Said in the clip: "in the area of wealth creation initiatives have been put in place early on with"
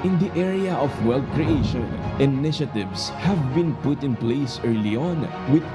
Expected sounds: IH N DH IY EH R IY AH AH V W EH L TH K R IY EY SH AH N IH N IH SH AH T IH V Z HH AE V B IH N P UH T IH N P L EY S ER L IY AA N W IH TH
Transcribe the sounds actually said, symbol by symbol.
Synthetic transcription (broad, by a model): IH N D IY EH R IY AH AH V W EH L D K R IY EY SH AH N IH N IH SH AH T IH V S HH AE V B IH N P UH T IH N P L EY S ER L IY AA N W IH